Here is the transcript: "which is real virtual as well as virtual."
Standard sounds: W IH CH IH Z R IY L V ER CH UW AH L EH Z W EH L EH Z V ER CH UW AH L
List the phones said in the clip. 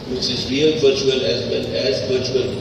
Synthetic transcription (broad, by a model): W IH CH IH Z R IY L V ER CH UW AH L EH Z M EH N EH Z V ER CH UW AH L